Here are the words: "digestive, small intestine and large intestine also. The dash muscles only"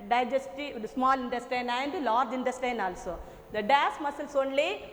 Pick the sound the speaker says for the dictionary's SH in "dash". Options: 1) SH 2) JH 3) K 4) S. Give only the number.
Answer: 4